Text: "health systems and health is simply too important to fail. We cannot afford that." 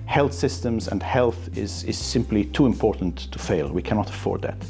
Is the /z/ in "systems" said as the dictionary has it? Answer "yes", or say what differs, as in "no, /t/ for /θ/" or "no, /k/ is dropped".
yes